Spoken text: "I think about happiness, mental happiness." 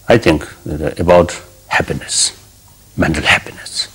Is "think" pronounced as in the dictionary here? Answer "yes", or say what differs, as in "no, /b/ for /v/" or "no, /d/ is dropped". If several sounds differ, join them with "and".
no, /t/ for /θ/